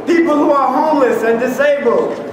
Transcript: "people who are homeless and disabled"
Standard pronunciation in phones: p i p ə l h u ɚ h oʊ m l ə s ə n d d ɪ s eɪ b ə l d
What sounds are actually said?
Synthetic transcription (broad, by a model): p i p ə l h u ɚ h oʊ m l ə s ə n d d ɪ s eɪ b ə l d